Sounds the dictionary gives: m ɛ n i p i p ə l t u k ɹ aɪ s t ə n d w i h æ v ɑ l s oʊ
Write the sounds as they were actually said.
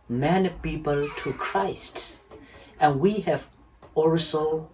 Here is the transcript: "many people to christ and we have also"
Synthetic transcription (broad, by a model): m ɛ n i p i p ə l t u k ɹ aɪ s t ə n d w i h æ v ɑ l s oʊ